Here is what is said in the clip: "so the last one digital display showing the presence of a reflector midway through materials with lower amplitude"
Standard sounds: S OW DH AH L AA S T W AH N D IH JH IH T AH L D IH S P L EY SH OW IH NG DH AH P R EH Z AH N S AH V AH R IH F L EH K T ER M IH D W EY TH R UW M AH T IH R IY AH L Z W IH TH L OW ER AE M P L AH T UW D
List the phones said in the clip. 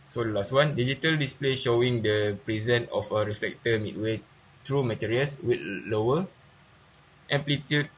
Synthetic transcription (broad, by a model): S OW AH L AA S T W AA N D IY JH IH T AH L D IH S P L EY SH OW IH NG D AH P R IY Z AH N AH F AH R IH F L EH K T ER M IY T W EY T R UW M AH T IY R IY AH L S W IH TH L OW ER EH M P L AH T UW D